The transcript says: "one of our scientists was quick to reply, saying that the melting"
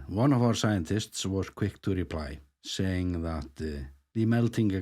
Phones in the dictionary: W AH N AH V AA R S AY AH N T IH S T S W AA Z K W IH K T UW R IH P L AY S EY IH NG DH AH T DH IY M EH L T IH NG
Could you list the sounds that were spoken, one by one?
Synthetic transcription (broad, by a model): W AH N AH V AA R S AY AH N T IH S T S W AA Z K W IH K T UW R IH P L AY S EY IH NG DH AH T DH IY M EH L T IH NG